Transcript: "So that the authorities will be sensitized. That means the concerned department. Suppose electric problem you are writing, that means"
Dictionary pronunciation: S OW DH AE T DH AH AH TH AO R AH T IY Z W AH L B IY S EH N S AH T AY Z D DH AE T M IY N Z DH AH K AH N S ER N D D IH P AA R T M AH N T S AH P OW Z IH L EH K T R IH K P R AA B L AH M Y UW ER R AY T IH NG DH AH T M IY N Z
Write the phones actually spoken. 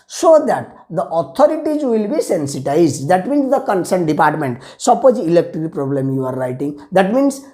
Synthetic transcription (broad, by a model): S OW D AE T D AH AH T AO R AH T IY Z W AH L B IY S EH N S AH T AY Z D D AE T M IY N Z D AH K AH N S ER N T D IH P AA R T M AH N T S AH P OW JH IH L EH K T R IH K P R AA B L AH M Y UW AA R AY T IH NG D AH T M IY N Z